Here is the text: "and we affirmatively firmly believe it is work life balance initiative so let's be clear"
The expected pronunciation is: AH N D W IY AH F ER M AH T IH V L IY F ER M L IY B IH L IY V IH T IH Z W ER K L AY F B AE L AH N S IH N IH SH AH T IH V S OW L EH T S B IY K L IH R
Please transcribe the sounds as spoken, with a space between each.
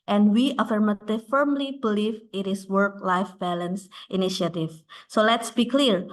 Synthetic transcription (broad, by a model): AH N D W IY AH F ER M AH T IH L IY F ER M L IY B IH L IY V IH T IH S W ER K L AY F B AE L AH N S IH N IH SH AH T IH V S OW L EH T S B IY K L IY R